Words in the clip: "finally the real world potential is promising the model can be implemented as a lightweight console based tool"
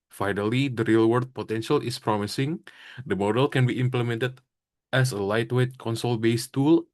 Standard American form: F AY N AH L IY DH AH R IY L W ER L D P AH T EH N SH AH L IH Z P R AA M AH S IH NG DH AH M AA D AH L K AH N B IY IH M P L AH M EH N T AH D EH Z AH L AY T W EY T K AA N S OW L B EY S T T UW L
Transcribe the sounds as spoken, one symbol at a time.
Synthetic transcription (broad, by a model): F AY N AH L IY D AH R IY L W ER D P AH T EH N SH AH L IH S P R AA M AH S IH NG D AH M AA D AH L K AH N B IY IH M P L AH M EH N T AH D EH S AH L AY T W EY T K AA N S OW L B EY S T T UW L